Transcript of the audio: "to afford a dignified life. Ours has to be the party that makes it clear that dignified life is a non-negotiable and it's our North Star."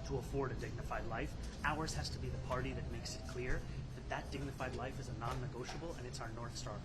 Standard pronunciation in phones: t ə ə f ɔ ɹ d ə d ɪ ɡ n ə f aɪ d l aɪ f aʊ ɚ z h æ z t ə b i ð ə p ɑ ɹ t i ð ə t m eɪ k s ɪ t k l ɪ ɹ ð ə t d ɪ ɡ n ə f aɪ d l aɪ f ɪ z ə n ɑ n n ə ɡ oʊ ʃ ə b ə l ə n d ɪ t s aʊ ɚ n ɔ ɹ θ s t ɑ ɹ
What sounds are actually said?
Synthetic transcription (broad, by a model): t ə ə f ɔ ɹ d ə d ɪ ɡ n ə f aɪ d l aɪ f aʊ ɚ z h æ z t ə b i ð ə p ɑ ɹ t i ð ə t m eɪ k s ɪ t k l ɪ ɹ ð ə t d ɪ ɡ n ə f aɪ d l aɪ f ɪ z ə n ɑ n n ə ɡ oʊ ʃ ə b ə l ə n ɪ t s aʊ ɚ n ɔ ɹ θ s t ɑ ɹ